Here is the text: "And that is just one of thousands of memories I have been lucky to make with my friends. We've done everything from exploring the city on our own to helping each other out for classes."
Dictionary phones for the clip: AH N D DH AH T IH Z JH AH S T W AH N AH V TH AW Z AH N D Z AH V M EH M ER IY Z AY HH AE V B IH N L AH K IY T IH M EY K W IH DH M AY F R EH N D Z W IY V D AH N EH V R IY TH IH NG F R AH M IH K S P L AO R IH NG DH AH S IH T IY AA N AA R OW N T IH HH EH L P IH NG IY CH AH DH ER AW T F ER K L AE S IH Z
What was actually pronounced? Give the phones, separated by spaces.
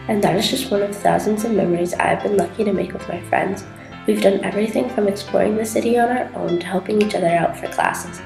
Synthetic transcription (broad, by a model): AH N DH AH T IH Z JH AH S T W AH N AH V TH AW Z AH N D Z AH V M EH M ER IY Z AY V B IH N L AH K IY T IH M EY K W IH DH M AY F R EH N D Z W IY V D AH N EH V R IY TH IH NG F R AH M IH K S P L AO R IH NG DH AH S IH T IY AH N AA R OW N T IH HH EH L P IH NG IY CH AH DH ER AW T F ER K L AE S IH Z